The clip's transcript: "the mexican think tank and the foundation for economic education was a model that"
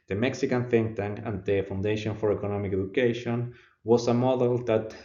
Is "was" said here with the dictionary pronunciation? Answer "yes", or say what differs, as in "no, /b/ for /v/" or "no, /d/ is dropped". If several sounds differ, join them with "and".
no, /s/ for /z/